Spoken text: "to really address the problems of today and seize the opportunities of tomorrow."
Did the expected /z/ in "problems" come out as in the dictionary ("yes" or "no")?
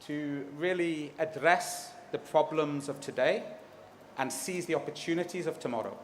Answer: yes